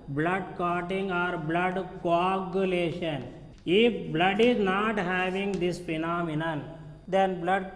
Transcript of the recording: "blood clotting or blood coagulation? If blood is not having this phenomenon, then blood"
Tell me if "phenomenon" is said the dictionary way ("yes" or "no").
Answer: no